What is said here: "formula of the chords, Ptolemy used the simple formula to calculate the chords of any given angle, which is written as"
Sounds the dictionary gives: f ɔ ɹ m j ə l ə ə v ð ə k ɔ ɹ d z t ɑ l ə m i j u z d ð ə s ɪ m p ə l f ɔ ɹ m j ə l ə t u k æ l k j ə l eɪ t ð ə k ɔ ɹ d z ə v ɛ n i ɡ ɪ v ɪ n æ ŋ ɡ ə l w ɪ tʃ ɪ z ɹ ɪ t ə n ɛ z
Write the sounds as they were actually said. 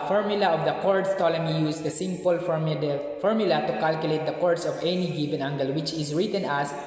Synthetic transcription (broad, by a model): f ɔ ɹ m j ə l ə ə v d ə k ɔ ɹ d s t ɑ l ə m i j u s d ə s ɪ m p ə l f ɔ ɹ m j ə l ə t u k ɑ l k j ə l eɪ t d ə k ɔ ɹ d s ə v ɛ n i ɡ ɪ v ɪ n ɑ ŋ ɡ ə l w ɪ tʃ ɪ s ɹ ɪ t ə n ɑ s